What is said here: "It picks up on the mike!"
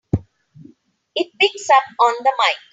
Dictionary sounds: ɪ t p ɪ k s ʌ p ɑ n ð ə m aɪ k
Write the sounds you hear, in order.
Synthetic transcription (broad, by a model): ɪ t b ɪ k s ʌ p ɑ n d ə m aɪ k